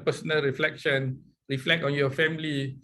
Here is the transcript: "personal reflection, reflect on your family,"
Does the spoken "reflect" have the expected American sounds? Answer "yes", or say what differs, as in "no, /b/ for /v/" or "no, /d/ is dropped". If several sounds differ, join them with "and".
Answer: yes